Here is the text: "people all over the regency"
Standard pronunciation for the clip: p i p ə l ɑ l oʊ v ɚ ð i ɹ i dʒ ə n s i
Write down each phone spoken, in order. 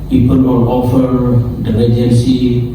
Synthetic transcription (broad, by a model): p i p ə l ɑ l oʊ f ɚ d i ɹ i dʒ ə n s i